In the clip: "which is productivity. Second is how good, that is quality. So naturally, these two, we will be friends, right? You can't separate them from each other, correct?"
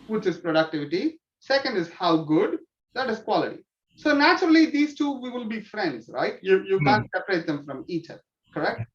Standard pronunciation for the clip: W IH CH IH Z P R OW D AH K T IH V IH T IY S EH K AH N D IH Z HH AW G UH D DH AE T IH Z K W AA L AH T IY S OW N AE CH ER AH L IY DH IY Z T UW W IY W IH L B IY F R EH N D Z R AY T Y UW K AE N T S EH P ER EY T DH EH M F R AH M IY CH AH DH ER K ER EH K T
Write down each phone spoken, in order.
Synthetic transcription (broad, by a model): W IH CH IH Z P R OW D AH K T IH V IH T IY S EH K AH N D IH Z HH AW G UH D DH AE T IH Z K W AA L AH T IY S OW N AE CH ER AH L IY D IY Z T UW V IY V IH L B IY F R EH N D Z R AY T Y UW K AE N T S EH P ER EY T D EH M F R AH M IY CH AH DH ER K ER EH K T